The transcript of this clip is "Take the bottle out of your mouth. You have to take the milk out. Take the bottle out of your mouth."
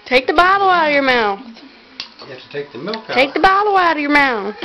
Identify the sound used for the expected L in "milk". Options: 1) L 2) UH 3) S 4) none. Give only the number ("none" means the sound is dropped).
4